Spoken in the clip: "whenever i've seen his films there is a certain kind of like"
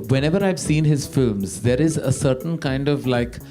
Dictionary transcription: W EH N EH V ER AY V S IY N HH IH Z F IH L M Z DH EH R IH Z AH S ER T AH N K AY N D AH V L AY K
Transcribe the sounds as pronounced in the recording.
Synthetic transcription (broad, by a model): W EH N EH V ER AY V S IY N HH IH Z F IH L M Z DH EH R IH Z AH S ER T AH N K AY N D AH V L AY K